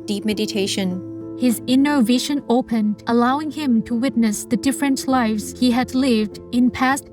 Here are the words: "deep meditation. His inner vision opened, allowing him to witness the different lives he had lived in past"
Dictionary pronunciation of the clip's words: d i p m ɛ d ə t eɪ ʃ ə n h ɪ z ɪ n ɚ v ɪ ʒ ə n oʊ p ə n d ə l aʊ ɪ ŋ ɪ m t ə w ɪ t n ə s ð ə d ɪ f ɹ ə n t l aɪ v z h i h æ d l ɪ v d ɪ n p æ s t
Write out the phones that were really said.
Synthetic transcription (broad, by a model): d i p m ɛ d ə t eɪ ʃ ə n h ɪ z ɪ n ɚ v ɪ ʃ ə n oʊ p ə n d ə l aʊ ɪ ŋ ɪ m t ə w ɪ t n ə s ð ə d ɪ f ɹ ə n t l aɪ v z h i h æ d l ɪ v d ɪ n p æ s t